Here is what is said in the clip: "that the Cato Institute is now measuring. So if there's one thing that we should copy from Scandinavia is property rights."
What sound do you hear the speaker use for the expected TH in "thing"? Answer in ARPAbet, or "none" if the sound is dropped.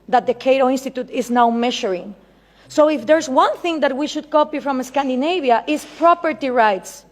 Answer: TH